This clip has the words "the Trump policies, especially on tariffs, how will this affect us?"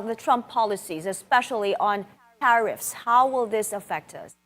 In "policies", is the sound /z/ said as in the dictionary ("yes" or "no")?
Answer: yes